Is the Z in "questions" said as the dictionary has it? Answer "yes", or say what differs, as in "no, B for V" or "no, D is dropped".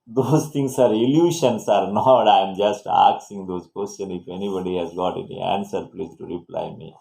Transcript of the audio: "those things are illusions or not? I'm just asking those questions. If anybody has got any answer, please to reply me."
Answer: no, Z is dropped